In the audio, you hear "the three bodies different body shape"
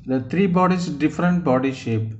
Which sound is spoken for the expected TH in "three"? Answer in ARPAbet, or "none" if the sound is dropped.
T